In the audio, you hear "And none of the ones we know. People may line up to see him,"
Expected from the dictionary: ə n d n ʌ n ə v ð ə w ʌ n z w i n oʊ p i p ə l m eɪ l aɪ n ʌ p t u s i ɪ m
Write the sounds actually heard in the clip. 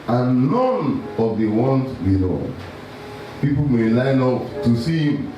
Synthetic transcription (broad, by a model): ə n n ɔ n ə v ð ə w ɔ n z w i l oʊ p i p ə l m eɪ l aɪ n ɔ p t u s i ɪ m